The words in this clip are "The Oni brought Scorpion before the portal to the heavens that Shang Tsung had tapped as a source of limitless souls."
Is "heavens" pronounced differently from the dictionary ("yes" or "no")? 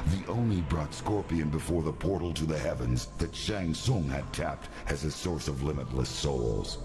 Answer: no